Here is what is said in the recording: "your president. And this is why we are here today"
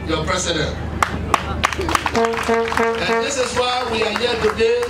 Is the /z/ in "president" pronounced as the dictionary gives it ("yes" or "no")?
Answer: no